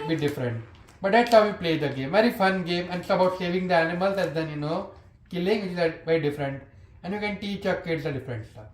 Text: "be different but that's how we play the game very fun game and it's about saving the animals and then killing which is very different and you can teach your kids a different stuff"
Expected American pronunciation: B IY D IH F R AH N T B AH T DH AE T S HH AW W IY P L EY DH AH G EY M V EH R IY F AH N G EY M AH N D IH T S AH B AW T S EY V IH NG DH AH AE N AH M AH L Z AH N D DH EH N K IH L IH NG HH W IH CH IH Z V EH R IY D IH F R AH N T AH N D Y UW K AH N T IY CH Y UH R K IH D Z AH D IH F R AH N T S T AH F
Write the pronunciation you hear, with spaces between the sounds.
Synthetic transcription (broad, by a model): B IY D IH F R AH N T B AH T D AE T S HH AW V IY P L EY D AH G EY M V EH R IY F AH N G EY M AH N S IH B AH UH T S EY V IH NG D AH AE N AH M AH L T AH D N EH N K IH L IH NG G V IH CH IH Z V EH R IY D IH F R AH N T AH N D Y UW K AH N T IY CH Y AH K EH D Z AH D IH F R AH N T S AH